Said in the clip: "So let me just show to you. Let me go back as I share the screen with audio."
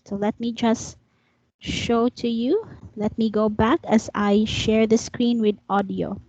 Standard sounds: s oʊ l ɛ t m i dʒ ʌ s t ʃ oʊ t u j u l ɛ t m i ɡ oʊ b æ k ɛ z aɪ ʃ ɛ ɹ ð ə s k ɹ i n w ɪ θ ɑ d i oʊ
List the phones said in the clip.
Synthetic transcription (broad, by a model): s oʊ l ɛ t m i dʒ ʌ s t ʃ oʊ t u j u l ɛ t m i ɡ oʊ b æ k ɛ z aɪ ʃ ɛ ɹ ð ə s k ɹ i n w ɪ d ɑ d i oʊ